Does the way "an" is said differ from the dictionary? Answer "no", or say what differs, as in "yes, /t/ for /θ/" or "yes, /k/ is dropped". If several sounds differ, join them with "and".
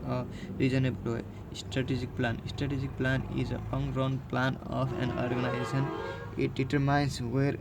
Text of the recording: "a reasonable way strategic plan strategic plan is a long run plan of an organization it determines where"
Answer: no